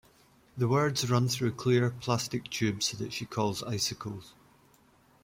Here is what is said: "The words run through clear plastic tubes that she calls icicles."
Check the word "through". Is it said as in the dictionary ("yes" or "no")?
yes